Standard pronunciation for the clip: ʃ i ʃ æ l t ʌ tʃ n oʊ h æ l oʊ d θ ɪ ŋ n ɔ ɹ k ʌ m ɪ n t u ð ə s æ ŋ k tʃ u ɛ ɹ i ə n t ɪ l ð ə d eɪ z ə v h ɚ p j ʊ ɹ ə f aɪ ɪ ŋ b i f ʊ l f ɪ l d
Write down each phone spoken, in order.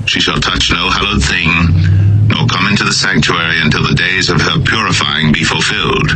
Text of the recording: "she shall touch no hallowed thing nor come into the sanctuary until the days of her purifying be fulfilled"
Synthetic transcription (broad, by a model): ʃ i ʃ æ l t ʌ tʃ n oʊ h æ l oʊ d θ ɪ ŋ n ɔ ɹ k ʌ m ɪ n t u ð ə s æ ŋ k tʃ u ɛ ɹ i ə n t ɪ l ð ə d eɪ z ə v ɚ p j ʊ ɹ ə f aɪ ɪ ŋ b i f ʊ l f ɪ l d